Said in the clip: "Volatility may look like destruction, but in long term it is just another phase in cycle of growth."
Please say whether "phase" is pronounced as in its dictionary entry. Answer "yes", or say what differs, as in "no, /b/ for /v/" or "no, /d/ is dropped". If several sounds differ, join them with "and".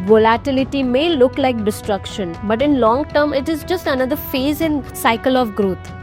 yes